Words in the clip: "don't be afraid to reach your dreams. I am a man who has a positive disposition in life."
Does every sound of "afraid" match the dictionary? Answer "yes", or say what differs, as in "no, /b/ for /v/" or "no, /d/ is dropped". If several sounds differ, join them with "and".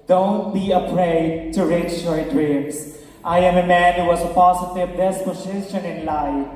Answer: no, /p/ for /f/